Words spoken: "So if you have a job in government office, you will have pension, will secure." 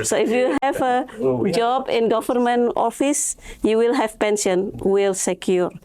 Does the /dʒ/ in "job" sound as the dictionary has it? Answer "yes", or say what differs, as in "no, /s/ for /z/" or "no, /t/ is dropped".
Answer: yes